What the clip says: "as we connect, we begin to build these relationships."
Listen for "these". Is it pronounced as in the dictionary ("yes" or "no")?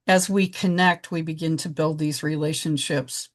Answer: yes